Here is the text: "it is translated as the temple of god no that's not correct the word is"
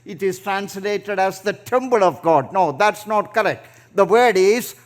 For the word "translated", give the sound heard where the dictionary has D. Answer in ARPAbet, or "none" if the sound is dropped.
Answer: D